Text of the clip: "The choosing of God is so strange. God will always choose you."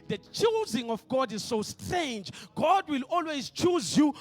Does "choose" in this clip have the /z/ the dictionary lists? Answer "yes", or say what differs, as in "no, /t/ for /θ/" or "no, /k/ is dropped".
yes